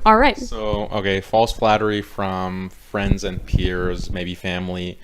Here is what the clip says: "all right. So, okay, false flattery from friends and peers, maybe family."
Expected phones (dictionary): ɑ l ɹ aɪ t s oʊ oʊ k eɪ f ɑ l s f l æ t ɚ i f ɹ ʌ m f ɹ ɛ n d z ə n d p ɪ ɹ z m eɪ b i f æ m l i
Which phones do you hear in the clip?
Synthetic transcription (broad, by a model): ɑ l ɹ aɪ t s oʊ oʊ k eɪ f ɑ l s f l æ t ɚ i f ɹ ʌ m f ɹ ɛ n d z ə n p ɪ ɹ z m eɪ b i f æ m l i